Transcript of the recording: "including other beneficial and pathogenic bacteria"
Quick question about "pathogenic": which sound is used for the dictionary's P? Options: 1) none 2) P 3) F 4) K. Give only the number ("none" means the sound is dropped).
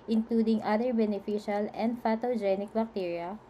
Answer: 3